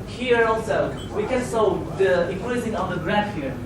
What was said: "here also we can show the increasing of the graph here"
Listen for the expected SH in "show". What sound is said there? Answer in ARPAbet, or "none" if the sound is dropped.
S